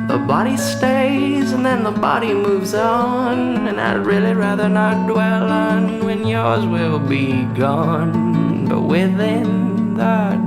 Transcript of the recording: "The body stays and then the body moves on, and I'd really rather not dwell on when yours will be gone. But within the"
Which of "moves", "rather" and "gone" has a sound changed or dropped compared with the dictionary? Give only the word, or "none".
none